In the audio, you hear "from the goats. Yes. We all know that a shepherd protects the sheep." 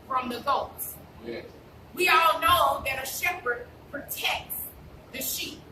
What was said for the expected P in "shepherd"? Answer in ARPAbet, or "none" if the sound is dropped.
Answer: P